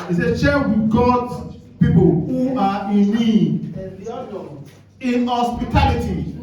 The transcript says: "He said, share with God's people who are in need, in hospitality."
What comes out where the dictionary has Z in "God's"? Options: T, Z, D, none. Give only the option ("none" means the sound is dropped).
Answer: none